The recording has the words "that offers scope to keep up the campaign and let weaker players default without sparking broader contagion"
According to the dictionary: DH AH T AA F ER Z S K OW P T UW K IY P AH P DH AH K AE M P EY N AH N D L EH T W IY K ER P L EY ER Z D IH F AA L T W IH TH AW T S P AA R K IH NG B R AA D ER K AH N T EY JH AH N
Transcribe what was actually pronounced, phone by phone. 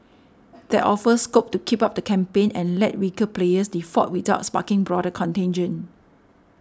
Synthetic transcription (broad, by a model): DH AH T AA F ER S K OW P T UW K IY P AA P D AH K AE M P EY N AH N L EH T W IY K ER P L EY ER S D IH F AA T W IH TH AW T S P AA K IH NG B R AA D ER K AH N T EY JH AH N